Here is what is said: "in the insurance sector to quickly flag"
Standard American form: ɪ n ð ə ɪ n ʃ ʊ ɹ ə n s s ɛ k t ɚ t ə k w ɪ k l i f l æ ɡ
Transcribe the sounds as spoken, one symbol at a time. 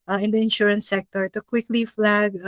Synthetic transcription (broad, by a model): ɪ n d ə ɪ n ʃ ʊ ɹ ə n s s ɛ k t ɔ t ə k w ɪ k l i f l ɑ ɡ